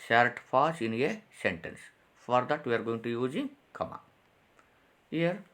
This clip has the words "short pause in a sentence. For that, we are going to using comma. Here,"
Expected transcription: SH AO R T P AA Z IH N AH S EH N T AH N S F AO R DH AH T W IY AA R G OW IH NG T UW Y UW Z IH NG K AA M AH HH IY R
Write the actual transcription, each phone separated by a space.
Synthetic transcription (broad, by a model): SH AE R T F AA S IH N AH S EH N T AH N S F AO R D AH T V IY AA R G OW IH NG T UW Y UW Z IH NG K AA M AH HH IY R